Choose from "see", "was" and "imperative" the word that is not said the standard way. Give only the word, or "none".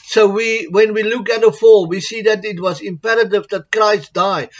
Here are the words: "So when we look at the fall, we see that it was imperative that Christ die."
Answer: none